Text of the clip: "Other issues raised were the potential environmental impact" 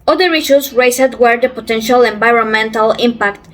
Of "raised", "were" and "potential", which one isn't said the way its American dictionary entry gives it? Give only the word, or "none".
raised